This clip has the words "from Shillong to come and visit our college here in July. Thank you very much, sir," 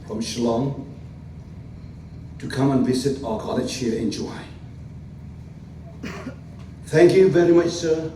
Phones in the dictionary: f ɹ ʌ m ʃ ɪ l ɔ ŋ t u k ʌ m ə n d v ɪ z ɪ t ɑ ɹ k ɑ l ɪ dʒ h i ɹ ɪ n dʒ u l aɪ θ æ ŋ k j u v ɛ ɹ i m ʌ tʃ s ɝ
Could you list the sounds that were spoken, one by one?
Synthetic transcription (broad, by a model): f ɹ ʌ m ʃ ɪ l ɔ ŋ t u k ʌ m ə n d v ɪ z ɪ t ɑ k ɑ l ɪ tʃ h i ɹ ɪ n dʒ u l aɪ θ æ ŋ k j u v ɛ ɹ i m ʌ tʃ s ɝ